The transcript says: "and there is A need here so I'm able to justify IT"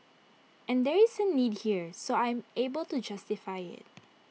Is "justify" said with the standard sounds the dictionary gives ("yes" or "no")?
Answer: yes